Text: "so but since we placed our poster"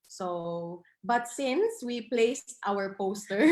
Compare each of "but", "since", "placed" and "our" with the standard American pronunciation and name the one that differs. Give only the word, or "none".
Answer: none